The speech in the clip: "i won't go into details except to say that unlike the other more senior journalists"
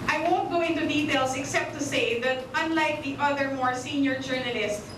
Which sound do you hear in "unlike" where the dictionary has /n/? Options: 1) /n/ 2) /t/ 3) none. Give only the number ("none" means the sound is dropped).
1